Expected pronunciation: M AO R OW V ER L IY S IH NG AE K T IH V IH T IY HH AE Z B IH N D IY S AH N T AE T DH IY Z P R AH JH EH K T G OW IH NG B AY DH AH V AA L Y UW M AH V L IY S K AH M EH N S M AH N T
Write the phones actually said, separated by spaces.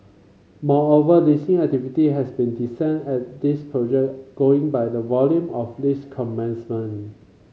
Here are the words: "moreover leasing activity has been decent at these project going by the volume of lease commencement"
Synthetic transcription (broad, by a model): M AO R OW V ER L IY S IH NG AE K T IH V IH T IY HH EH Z B IH N D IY S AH N EH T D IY S P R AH JH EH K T G OW IH NG B AY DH AH V AA L Y UW M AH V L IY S K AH M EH N S M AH N